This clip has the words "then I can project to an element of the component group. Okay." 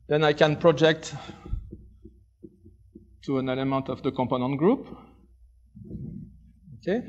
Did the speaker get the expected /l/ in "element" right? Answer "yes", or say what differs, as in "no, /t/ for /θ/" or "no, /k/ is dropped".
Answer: yes